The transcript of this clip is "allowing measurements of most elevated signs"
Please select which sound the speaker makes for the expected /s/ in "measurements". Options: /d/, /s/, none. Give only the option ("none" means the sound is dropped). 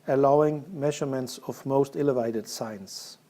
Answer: /s/